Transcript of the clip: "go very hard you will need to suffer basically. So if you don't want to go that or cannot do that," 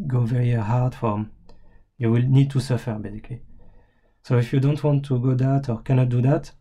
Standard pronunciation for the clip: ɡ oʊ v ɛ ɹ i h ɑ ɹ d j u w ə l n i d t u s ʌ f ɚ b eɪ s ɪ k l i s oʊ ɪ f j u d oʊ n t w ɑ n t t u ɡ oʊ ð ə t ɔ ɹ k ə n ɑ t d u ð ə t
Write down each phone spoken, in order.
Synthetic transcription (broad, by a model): ɡ oʊ v ɛ ɹ i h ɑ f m j u w ə l n i d t u s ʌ f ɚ b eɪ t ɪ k i s oʊ ɪ f j u d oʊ n t w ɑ n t t u ɡ oʊ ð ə t ɔ ɹ k ə n ɑ t d u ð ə t